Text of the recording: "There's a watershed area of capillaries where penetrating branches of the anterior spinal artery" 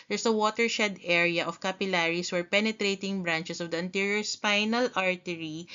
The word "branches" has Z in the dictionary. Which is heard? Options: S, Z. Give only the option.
S